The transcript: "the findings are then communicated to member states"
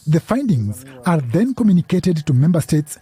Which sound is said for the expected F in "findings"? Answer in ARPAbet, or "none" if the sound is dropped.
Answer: F